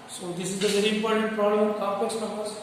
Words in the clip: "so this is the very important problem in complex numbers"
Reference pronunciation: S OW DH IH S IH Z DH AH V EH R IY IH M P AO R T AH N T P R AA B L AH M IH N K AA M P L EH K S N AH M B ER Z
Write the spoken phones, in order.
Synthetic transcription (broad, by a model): S OW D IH S IH Z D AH V EH R IY IH M P AO R T AH N T P R AA B L AH M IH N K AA P EH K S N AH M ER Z